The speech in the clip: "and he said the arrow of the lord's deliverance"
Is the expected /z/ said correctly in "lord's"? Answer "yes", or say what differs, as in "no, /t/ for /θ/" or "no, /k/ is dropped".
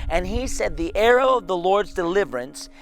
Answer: yes